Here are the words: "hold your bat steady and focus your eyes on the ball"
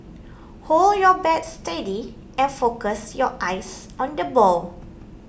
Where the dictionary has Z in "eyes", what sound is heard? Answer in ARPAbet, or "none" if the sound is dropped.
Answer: S